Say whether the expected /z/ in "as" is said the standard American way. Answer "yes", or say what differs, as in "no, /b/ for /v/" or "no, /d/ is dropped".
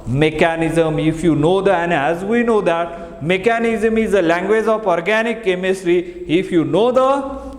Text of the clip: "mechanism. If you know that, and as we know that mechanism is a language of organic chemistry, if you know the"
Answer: yes